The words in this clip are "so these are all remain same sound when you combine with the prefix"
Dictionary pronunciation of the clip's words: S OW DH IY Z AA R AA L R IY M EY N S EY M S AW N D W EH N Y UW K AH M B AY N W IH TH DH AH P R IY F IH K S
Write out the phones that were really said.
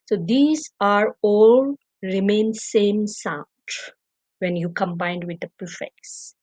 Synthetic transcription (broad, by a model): S OW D IY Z AA R AA L R IY M EY N S EY M S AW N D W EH N Y UW K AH M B AY N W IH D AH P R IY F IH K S